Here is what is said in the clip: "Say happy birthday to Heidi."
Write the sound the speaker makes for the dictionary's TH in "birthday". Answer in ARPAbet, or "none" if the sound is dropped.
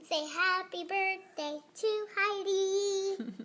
T